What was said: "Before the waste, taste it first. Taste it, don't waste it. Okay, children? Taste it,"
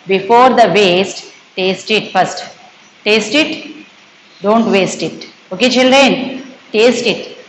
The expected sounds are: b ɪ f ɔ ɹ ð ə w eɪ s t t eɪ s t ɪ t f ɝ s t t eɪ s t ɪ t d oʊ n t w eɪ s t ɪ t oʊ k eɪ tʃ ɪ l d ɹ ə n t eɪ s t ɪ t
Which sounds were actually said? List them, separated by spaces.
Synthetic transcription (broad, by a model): b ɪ f ɔ ɹ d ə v eɪ s t t eɪ s t ɪ t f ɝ s t t eɪ s t ɪ t d oʊ n t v eɪ s t ɪ t oʊ k eɪ tʃ ɪ l d ɹ ə n t eɪ s t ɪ t